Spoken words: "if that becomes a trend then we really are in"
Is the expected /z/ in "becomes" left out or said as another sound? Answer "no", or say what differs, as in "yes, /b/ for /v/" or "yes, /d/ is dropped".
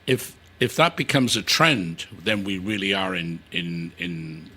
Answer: no